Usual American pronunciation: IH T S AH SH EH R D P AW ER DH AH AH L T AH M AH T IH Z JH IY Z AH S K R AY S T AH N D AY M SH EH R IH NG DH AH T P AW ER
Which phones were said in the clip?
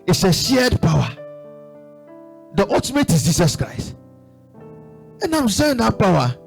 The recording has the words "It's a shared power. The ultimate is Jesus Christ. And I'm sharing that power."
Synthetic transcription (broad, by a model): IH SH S AH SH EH D P AW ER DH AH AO T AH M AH T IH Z JH IY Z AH S K R AY S T AH N D AY M S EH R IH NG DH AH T P AW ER